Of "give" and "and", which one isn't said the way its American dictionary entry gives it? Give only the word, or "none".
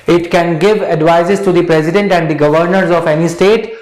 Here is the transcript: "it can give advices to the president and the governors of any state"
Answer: none